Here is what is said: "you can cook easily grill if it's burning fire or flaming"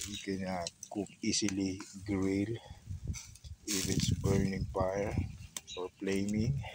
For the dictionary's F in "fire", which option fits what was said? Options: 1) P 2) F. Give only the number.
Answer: 1